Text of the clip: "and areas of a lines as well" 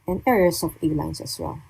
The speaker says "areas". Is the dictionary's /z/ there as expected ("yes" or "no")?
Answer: no